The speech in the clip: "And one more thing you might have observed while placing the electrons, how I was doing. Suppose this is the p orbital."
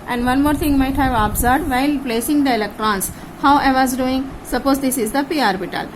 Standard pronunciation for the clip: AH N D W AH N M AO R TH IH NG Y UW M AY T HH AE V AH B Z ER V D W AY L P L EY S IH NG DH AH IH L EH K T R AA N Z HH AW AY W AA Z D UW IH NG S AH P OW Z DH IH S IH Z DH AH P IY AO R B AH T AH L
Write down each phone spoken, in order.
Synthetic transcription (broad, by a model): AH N D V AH N M AO R T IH NG M AY T HH AE V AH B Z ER D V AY L P L EY S IH NG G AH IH L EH K T R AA N S HH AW AY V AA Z D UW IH NG S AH P OW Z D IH S IH Z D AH P IY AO R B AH T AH L